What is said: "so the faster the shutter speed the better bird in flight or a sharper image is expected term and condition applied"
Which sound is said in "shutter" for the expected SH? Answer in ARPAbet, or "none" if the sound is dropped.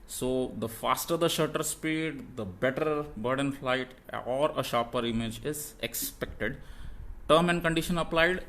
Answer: SH